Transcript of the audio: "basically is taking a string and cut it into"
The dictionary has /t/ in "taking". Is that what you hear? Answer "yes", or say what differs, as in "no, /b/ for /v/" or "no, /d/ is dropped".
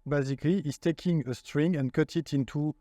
yes